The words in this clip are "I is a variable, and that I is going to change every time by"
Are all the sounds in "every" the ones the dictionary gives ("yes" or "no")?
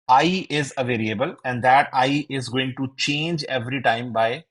yes